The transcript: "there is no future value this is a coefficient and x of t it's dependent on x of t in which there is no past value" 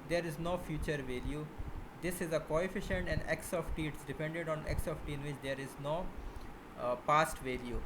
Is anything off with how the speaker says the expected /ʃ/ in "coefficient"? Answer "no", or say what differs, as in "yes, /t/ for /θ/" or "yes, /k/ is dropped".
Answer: no